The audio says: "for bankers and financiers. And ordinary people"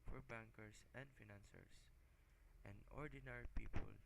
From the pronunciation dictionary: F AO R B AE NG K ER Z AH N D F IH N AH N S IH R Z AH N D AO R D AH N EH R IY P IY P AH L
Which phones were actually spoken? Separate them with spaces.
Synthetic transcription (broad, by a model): F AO R B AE NG K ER S AH N D F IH N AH N S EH R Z AH N D AO R D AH N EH R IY P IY P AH L